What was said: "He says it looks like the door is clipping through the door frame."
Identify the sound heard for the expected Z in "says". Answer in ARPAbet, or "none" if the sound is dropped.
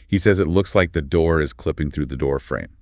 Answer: Z